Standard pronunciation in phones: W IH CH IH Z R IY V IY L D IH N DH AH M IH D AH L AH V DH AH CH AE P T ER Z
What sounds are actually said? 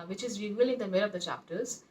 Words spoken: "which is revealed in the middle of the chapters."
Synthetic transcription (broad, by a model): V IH CH IH Z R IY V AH L IH N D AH M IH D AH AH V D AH CH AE P T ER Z